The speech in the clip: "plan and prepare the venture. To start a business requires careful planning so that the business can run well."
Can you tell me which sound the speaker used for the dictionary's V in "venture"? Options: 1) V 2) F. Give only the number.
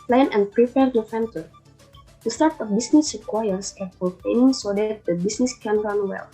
2